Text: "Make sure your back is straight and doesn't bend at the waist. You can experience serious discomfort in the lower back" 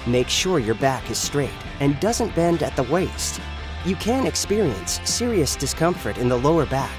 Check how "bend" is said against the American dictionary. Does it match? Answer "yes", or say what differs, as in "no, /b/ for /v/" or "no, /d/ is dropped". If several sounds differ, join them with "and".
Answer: yes